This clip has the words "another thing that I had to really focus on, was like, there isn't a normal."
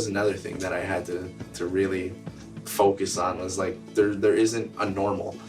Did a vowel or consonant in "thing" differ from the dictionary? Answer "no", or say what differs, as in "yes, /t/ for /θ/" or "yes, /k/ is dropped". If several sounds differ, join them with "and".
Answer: no